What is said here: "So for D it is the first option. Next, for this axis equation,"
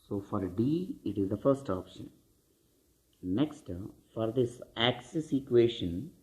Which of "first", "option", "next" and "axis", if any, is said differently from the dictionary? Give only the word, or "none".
none